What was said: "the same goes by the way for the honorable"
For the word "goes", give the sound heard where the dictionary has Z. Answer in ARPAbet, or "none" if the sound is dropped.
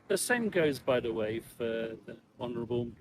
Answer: Z